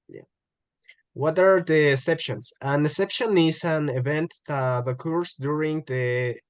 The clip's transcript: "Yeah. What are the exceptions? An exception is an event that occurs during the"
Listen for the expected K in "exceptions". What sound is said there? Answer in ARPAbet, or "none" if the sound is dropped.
none